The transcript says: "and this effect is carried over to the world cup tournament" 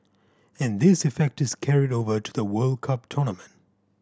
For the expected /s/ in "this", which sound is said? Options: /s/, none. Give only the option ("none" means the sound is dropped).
/s/